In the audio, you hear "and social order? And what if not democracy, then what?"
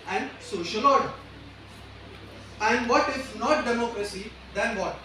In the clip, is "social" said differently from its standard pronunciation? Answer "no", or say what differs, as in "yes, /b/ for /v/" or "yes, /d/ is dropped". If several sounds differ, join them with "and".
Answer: no